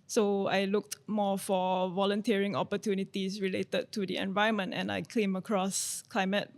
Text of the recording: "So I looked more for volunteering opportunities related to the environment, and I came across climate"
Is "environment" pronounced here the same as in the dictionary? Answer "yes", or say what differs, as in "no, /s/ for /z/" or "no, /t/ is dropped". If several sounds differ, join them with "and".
no, /ɹ/ is dropped and /n/ is dropped